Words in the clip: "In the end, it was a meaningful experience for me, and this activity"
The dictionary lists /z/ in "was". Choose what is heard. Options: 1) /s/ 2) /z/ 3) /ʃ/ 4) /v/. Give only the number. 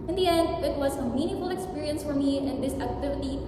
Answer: 2